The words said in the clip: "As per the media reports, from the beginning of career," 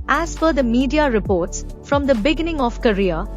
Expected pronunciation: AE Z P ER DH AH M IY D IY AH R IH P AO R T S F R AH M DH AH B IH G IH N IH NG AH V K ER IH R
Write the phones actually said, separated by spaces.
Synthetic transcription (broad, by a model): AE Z F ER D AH M IY D IY AH R IH P AO R T S F R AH M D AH B IH G IH N IH NG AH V K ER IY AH